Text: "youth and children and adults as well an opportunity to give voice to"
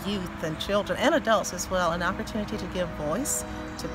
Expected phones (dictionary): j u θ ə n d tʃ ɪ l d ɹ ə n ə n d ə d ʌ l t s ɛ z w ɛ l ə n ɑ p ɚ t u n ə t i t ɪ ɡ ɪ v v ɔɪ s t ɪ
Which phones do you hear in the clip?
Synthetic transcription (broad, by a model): j u θ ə n tʃ ɪ l d ɹ ə n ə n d ə d ʌ l t s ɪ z w ɛ l ə n ɑ p ɚ t u n ə t i t ɪ ɡ ɪ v v ɔɪ s t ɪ